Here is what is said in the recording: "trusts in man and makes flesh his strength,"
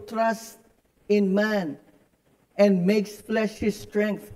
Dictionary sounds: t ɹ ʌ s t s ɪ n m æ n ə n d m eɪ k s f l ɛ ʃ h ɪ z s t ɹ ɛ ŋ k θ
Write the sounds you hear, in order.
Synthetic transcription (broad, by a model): t ɹ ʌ s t ɪ n m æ n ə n m eɪ k s f l ɛ ʃ h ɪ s t ɹ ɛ ŋ k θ